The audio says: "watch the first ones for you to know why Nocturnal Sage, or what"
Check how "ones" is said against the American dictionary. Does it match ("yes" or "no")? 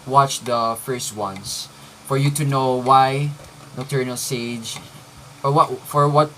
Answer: no